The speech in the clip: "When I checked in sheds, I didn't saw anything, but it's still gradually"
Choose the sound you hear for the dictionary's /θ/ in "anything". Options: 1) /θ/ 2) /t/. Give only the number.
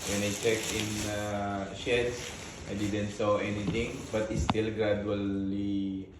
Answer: 2